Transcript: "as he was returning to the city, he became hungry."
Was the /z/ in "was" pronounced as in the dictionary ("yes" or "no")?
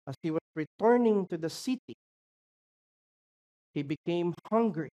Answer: no